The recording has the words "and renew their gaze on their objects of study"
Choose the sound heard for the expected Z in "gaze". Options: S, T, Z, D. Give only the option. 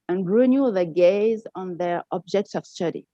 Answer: Z